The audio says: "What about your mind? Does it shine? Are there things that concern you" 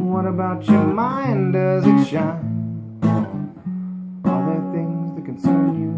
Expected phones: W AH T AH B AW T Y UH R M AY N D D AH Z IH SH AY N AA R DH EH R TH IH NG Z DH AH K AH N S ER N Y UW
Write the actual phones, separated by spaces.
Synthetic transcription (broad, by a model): W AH T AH B AW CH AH R M AY N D D AH Z IH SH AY AA L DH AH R TH IH NG Z DH AH K AH N S ER N Y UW